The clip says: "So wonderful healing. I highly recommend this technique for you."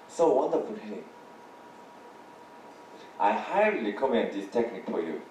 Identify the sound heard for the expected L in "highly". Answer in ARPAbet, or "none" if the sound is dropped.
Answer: none